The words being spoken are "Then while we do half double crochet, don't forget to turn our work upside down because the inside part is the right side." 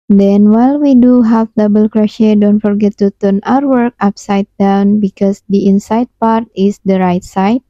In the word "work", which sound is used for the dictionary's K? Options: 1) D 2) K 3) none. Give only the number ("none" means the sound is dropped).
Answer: 2